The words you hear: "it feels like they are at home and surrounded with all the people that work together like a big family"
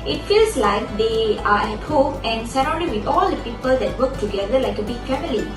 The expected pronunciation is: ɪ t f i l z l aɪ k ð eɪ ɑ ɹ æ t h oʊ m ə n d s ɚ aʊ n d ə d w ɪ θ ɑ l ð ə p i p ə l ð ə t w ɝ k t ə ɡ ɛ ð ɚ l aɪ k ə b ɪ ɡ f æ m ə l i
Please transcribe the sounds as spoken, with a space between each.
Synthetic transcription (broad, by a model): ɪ t f i l s l aɪ k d eɪ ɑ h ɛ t h oʊ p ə n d s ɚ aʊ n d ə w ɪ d ɑ l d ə p i p ə l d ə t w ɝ k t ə ɡ ɛ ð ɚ l aɪ k ə b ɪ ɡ f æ m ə l i